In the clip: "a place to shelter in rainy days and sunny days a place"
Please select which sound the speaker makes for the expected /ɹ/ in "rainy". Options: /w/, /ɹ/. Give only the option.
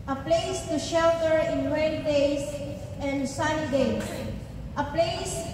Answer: /w/